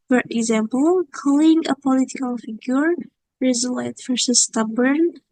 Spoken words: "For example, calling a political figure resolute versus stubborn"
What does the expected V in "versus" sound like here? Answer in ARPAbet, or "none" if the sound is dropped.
F